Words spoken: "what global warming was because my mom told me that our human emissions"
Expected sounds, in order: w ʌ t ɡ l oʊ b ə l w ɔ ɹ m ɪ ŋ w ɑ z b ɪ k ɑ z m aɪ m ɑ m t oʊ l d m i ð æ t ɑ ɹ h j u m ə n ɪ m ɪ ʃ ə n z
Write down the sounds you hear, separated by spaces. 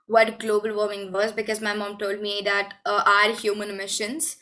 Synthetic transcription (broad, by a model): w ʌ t ɡ l oʊ b ə l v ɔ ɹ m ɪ ŋ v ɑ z b ɪ k ɑ z m aɪ m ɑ m t oʊ l d m i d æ t ɑ ɹ h j u m ə n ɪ m ɪ ʃ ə n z